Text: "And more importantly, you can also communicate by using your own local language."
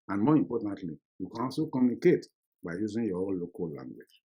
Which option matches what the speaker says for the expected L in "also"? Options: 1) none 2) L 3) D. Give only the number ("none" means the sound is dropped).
1